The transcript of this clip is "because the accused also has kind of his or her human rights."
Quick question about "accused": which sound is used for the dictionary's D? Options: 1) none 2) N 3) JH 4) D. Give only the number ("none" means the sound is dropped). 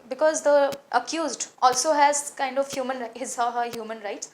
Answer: 4